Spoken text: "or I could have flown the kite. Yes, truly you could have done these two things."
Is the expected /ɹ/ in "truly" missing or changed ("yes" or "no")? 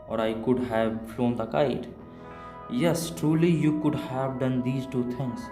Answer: no